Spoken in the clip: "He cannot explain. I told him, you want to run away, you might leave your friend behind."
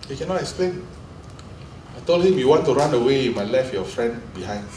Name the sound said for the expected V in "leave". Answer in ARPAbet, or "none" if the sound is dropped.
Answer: F